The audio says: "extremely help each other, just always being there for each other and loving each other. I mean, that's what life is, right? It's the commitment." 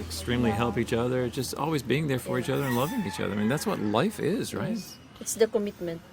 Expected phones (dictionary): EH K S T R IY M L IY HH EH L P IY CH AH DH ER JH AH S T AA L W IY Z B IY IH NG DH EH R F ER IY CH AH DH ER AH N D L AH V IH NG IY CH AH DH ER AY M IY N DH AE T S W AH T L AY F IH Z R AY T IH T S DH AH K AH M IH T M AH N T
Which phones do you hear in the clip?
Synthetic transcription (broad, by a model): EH K S T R IY M L IY HH EH L P IY CH AH DH ER JH AH S T AA L W IY Z B IY IH NG DH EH R F ER IY CH AH DH ER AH N L AH V IH NG IY CH AH DH ER AY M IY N DH AE T S W AH T L AY F IH Z R AY T IH T S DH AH K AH M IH T M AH N T